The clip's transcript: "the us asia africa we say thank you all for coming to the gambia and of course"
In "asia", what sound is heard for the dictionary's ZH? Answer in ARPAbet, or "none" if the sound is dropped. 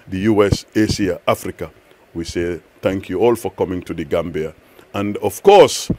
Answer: S